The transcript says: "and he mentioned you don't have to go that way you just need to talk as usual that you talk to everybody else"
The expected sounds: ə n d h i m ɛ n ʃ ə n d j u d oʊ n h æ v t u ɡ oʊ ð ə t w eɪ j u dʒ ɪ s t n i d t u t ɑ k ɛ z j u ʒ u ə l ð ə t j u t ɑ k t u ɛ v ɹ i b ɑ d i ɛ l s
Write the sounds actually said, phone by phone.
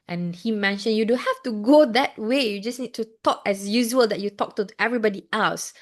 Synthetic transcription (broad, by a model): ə n h i m ɛ n ʃ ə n j u d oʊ h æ f t u ɡ oʊ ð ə t w eɪ j u dʒ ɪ s n i d t u t ɑ k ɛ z j u ʒ u ə l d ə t j u t ɑ k t u ɛ v ɹ i b ɑ d i ɛ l s